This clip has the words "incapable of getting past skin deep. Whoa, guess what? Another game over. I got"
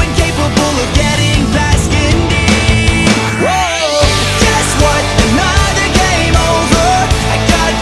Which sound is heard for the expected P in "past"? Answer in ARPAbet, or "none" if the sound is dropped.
B